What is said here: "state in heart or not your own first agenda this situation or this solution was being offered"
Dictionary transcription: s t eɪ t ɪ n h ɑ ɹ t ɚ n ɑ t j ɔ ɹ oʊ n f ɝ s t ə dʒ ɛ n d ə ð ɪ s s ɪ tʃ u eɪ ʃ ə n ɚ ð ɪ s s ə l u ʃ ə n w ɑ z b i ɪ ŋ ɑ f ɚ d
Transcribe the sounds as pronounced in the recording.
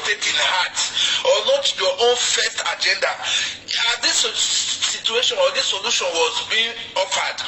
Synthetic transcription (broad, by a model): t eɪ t ɪ n h ɑ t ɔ l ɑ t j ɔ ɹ oʊ n f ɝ s t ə dʒ ɛ n d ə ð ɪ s s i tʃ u eɪ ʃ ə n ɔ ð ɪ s s ə l u ʃ ə n w ɑ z b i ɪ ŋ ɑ f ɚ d